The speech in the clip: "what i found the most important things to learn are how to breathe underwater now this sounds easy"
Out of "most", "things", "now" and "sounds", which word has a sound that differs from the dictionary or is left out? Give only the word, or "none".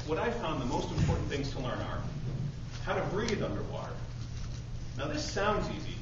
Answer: none